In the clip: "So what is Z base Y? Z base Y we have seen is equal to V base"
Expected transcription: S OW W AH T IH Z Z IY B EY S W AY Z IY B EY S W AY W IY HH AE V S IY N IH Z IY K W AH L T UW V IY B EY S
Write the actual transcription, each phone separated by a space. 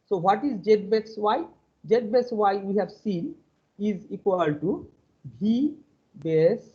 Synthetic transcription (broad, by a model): S OW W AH T IH Z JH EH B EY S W AY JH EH B EY S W AY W IY HH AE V S IY N IH Z IY K W AH L T UW B IY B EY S